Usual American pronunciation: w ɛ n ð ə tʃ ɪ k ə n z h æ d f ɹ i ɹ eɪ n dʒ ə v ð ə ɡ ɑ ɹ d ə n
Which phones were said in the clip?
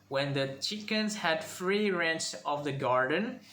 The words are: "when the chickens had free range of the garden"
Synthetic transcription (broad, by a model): w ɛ n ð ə tʃ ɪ k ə n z h æ d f ɹ i ɹ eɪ n tʃ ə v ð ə ɡ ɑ ɹ d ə n